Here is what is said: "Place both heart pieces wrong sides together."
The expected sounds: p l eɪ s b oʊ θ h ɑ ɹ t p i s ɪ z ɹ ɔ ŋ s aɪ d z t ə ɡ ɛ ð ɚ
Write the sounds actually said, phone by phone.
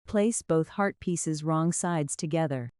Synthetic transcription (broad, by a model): p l eɪ s b oʊ θ h ɑ ɹ t p i s ɪ z ɹ ɔ ŋ s aɪ d z t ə ɡ ɛ ð ɚ